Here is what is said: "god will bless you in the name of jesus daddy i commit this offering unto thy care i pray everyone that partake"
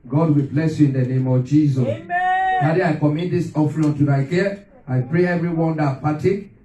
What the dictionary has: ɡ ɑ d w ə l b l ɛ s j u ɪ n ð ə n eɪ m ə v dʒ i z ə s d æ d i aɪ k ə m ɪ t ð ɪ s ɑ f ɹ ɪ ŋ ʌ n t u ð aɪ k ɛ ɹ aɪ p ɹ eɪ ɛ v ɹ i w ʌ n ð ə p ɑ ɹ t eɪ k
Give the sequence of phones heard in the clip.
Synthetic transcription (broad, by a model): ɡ ɑ d w ə l b l ɛ s j u ɪ n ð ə n eɪ m ə v dʒ i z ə s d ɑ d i aɪ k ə m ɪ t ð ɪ s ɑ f l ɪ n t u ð aɪ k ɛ aɪ p ɹ eɪ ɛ v ɹ i w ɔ n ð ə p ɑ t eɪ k